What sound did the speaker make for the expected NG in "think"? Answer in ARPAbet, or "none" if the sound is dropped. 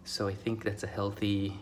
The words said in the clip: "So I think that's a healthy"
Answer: NG